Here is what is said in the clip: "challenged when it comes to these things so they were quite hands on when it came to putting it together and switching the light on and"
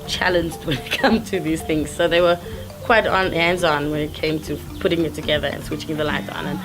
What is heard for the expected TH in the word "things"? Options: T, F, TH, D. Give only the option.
TH